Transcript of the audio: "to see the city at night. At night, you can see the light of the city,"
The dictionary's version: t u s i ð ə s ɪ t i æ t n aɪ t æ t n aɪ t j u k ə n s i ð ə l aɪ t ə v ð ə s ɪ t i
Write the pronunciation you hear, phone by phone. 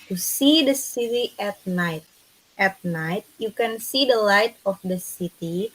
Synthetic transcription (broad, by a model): t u s i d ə s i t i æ t n aɪ t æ t n aɪ t j u k ə n s i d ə l aɪ t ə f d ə s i t i